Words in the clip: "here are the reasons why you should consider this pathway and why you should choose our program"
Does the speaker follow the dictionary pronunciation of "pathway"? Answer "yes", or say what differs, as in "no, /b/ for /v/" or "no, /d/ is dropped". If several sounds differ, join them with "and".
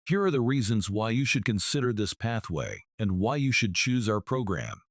yes